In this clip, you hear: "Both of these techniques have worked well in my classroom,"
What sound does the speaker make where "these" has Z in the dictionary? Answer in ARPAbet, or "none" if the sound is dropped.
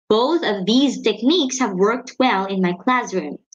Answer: Z